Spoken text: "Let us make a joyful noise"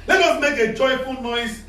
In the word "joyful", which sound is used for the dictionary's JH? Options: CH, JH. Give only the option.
CH